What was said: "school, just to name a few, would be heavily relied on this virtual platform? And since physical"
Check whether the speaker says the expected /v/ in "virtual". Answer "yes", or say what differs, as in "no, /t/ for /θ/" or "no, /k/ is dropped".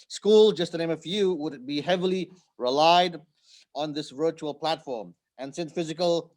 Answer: yes